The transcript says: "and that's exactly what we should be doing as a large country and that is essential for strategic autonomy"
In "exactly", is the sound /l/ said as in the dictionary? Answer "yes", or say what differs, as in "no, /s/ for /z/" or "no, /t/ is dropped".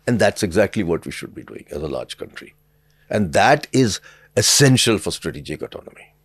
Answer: yes